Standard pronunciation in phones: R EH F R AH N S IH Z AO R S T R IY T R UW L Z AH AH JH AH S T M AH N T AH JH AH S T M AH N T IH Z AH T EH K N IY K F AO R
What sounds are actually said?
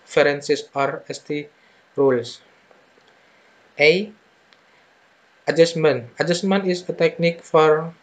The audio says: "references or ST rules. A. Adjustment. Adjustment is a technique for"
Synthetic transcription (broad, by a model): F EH R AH N S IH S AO R S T IY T R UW L S AH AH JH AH S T M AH N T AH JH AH S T M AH N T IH S AH T EH K N IY K F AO R